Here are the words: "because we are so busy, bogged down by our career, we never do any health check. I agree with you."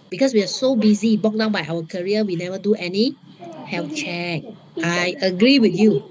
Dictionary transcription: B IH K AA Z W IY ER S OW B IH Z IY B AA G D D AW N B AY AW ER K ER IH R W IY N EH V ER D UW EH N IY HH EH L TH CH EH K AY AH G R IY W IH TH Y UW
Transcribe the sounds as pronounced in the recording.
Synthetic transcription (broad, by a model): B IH K AA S W IY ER S OW B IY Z IY B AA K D D AW N B AY AW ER K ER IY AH W IY N EH V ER D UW EH N IY HH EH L F CH EH K AY AH G R IY W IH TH Y UW